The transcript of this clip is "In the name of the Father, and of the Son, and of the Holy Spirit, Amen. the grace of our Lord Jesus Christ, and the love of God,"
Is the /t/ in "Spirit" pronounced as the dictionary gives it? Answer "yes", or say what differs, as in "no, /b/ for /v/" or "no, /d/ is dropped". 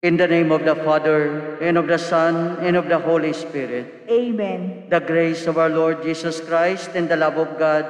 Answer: yes